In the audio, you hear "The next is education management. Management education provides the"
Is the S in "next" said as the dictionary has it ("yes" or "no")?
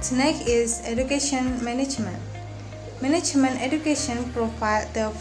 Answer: no